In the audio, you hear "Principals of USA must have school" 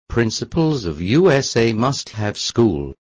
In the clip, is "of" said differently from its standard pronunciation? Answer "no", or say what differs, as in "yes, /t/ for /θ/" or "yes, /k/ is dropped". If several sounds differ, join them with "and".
no